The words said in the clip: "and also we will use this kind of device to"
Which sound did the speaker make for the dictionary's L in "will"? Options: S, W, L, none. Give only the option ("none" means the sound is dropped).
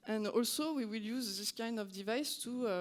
L